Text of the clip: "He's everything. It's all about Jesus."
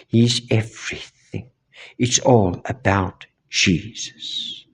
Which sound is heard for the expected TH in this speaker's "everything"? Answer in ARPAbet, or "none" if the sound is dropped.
TH